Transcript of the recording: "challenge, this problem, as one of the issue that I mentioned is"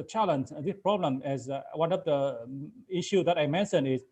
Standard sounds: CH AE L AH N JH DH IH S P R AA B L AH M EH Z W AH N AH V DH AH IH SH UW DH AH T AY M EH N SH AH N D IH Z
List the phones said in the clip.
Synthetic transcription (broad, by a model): CH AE L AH N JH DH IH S P R AA B L AH M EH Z W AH N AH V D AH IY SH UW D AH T AY M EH N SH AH N IH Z